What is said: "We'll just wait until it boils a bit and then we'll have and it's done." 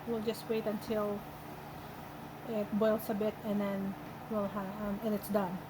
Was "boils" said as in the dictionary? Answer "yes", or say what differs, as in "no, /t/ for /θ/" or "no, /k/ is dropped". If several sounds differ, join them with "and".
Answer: no, /s/ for /z/